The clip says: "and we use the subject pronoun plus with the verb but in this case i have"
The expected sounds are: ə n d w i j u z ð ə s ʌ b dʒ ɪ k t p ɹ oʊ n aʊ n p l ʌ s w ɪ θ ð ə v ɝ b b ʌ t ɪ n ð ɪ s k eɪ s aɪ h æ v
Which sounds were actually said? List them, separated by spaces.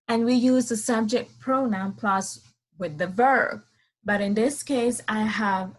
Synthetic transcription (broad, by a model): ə n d w i j u z ð ə s ʌ b dʒ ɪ k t p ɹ oʊ n aʊ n p l ʌ s w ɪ ð ə v ɝ b b ʌ t ɪ n ð ɪ s k eɪ s aɪ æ v